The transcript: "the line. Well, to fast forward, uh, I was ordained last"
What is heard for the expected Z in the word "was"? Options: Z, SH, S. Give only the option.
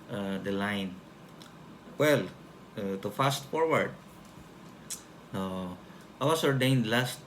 S